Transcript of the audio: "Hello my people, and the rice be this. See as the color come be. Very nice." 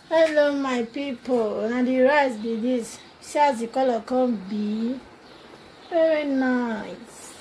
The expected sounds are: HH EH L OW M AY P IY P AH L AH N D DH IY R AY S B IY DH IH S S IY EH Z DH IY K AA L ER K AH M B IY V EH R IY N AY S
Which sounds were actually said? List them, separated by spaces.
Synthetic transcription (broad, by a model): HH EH L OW M AY P IY P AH N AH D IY R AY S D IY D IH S S IY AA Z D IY K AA L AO K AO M B IY V EH R IY N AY S